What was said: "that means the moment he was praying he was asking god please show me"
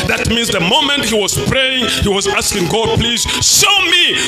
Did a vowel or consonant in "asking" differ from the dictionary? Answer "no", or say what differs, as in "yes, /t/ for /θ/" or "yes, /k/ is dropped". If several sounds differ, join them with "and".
no